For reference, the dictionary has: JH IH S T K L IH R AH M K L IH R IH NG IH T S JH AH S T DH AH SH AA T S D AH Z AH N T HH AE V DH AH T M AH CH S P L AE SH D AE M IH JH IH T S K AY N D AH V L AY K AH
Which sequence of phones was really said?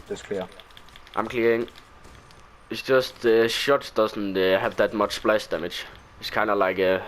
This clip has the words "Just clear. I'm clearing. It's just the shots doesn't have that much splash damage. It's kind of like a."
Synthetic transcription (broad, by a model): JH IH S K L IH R AH M K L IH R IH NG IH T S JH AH S T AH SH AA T D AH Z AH N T HH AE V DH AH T M AH CH S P L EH S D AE M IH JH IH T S K AY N AH L AY K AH